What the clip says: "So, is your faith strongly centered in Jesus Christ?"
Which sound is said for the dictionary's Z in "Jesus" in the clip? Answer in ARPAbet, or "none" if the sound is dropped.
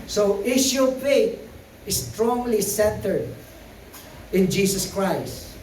S